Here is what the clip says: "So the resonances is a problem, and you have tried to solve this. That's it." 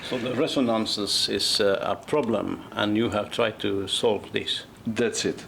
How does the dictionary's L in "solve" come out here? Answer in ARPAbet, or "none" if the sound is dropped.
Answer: L